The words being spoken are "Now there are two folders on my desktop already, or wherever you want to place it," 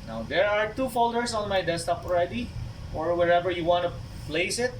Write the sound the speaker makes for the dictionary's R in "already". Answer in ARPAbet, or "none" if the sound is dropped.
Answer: R